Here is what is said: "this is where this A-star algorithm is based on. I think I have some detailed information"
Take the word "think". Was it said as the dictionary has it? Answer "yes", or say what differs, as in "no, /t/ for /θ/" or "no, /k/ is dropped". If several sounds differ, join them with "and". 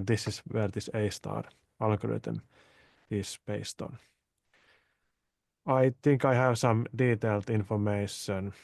no, /t/ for /θ/